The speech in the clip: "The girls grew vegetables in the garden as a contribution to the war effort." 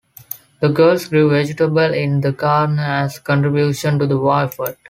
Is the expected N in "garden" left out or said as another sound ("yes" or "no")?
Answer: yes